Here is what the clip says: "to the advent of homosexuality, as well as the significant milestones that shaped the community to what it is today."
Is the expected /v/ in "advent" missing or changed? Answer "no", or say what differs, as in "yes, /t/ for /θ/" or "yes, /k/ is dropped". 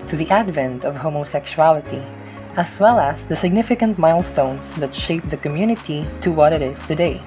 no